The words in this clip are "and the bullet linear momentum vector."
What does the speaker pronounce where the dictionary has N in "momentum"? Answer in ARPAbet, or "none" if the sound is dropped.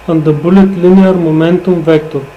N